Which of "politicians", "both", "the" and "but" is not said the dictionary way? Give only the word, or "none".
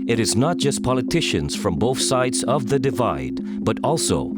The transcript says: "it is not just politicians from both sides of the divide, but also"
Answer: none